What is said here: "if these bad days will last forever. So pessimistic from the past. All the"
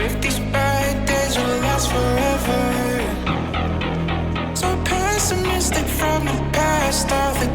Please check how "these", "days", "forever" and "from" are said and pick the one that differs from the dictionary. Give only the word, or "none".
none